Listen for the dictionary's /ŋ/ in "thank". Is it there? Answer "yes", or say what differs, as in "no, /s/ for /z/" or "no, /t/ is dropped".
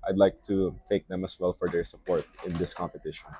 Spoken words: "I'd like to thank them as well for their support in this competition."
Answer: no, /ŋ/ is dropped